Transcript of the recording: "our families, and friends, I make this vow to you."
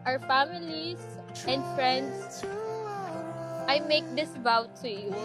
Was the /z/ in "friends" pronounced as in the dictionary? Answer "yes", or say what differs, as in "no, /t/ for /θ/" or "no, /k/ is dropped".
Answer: no, /s/ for /z/